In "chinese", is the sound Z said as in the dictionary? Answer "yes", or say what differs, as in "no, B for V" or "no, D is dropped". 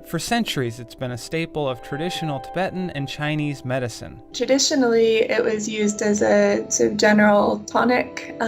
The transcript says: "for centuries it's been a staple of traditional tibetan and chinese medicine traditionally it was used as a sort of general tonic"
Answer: yes